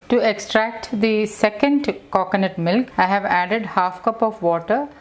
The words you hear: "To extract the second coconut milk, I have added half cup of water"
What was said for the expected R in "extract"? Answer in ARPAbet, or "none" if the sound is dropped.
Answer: R